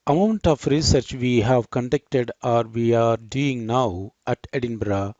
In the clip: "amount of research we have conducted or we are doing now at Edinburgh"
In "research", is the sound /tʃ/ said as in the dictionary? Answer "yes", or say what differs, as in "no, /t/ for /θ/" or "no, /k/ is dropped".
yes